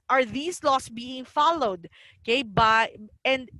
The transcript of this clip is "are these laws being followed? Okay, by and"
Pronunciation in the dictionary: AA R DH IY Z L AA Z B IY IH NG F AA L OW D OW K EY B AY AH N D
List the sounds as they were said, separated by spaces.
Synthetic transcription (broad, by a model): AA R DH IY S L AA S B IY IH NG F AA L OW D K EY B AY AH N D